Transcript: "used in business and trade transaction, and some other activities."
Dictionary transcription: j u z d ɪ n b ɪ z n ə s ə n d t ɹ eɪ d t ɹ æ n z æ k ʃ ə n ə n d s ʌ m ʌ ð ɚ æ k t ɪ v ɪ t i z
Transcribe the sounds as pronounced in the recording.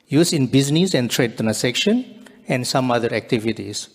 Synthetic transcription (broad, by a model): j u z ɪ n b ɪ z n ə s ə n t ɹ eɪ d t æ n s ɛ k ʃ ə n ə n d s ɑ m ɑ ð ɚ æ k t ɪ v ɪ t i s